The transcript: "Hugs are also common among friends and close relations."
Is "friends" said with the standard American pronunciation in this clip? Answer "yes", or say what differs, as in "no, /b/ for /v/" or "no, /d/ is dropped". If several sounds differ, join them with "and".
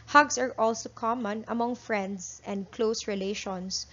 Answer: no, /s/ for /z/